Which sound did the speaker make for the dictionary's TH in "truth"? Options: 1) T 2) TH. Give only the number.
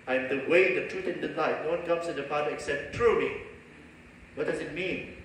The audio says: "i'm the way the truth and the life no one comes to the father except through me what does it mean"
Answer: 1